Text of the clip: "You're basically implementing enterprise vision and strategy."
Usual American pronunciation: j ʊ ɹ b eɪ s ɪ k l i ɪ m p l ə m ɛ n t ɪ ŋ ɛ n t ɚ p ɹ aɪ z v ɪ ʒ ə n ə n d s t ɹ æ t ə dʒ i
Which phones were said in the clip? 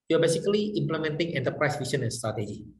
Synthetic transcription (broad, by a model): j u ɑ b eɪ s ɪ k l i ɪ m p l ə m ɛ n t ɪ ŋ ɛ n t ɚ p ɹ aɪ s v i s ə n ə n s t ɹ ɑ t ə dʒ i